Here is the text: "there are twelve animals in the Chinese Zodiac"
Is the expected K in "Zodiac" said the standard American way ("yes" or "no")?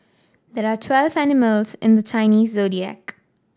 yes